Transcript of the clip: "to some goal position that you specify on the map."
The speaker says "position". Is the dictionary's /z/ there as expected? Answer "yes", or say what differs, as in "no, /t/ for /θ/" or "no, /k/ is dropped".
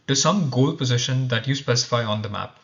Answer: yes